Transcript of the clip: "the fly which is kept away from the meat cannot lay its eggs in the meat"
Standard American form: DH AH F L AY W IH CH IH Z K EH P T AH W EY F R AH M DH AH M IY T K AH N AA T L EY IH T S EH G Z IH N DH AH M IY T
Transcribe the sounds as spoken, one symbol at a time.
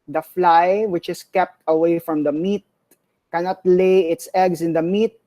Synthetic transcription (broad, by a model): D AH F L AY W IH CH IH S K EH P T AH W EY F R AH M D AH M IY T K AH N AA T L EY IH T S EH G S IH N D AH M IY T